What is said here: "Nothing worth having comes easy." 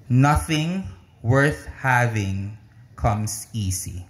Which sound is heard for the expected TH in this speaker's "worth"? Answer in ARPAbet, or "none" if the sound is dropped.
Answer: TH